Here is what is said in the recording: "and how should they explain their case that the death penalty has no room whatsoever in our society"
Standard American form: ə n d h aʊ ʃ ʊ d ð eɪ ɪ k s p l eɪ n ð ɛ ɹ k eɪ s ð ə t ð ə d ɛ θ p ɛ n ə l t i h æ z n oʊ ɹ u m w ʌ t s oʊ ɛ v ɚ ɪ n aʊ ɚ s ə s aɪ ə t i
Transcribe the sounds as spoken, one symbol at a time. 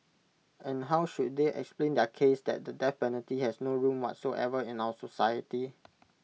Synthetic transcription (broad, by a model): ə n h aʊ ʃ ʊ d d eɪ ɪ k s p l eɪ n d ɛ k eɪ s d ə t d ə d ɛ f p ɛ n ə l t i h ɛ s n oʊ ɹ u m w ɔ t s oʊ ɛ v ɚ ɪ n aʊ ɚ s ə s aɪ ə t i